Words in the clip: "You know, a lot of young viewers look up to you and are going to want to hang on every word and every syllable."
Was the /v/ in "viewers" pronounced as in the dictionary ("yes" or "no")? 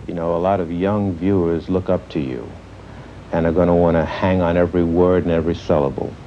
yes